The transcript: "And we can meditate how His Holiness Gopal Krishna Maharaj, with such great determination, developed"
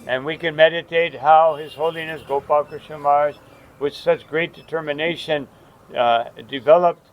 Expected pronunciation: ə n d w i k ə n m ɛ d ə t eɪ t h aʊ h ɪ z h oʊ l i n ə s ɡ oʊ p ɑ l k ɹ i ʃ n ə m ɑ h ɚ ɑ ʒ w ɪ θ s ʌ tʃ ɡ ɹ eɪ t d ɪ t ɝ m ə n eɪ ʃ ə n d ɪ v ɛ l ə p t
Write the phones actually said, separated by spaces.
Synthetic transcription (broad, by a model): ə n w i k ə n m ɛ d ə t eɪ t h aʊ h ɪ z h oʊ l i n ə s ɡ oʊ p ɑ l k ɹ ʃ ə m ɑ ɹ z w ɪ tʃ s ʌ tʃ ɡ ɹ eɪ t d ɪ t ɝ m ə n eɪ ʃ ə n d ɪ v ɛ l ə p t